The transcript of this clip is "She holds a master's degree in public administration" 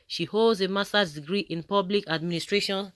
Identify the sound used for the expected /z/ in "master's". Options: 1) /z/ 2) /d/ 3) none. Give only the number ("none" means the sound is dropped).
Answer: 3